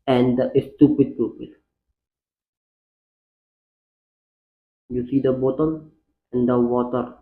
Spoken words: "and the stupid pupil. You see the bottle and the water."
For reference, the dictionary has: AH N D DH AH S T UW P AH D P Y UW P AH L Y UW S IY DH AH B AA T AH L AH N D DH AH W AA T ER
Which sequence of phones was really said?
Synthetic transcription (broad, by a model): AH N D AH S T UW P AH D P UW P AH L Y UW S IY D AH B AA T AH N AH N D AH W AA T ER